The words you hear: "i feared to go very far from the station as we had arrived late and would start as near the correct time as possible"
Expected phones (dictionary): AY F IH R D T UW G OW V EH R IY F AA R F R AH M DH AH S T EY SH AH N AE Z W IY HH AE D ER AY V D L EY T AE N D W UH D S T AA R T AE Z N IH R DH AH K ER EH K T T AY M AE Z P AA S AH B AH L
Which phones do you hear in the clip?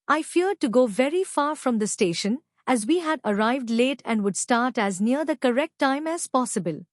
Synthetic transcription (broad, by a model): AY F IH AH D T UW G OW V EH R IY F AA R F R AH M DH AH S T EY SH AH N AE Z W IY HH AE D ER AY V D L EY T AE N D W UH D S T AA R T AE Z N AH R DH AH K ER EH K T T AY M AE Z P AA S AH B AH L